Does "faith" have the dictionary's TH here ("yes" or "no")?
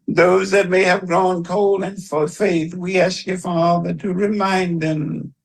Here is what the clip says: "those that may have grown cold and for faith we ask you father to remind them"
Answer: yes